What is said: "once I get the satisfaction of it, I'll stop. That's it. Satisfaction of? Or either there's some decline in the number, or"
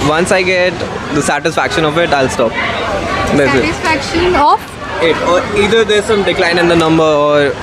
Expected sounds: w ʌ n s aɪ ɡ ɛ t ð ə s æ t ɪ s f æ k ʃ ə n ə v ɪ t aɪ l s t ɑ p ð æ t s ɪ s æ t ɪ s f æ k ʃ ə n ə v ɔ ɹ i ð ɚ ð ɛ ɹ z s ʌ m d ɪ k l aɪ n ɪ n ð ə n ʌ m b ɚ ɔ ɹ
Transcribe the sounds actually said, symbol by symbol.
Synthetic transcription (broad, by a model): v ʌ n s aɪ ɡ ɛ t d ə s æ t ɪ s f æ k ʃ ə n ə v ɪ t aɪ l s t ɑ p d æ s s ɪ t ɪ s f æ k ʃ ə n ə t ɔ ɹ i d ɚ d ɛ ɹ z s ʌ m d ɪ k l aɪ n ɪ n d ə n ʌ m b ɚ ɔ ɹ